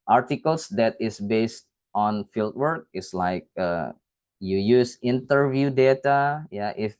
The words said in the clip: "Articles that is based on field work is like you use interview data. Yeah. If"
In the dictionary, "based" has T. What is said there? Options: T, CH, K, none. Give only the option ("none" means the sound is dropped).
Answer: T